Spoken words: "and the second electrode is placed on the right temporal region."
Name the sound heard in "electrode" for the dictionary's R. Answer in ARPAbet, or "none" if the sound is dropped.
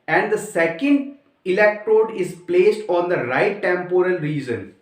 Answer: R